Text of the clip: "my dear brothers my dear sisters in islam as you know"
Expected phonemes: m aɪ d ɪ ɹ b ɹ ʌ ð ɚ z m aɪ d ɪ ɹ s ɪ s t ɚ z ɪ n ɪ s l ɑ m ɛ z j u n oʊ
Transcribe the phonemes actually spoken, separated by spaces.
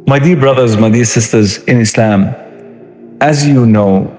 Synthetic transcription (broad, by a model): m aɪ d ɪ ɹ b ɹ ʌ ð ɚ z m aɪ d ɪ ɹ s ɪ s t ɚ z ɪ n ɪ s l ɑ m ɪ z j u n oʊ